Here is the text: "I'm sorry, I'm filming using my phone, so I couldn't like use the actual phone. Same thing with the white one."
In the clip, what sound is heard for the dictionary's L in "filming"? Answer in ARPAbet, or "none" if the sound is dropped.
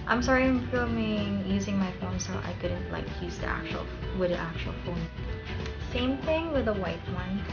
none